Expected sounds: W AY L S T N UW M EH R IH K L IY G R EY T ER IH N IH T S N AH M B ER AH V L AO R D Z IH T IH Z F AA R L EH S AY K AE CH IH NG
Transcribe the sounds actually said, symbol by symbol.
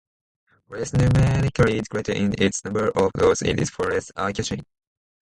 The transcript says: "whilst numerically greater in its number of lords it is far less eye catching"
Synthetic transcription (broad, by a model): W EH S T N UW M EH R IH K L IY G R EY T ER IH N IH T S N AH M B ER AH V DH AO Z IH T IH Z F AA R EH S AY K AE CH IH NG